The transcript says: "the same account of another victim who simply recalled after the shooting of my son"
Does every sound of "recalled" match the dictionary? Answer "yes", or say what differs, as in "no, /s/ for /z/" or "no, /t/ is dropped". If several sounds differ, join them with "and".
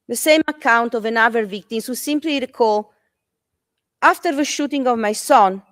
no, /d/ is dropped